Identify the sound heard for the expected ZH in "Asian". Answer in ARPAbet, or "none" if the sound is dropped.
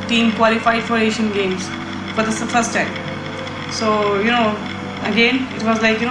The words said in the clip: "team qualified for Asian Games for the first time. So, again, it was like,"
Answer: SH